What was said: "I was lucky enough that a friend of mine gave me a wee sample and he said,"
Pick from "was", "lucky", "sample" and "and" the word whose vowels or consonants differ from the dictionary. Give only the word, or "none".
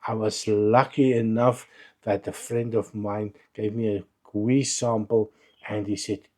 none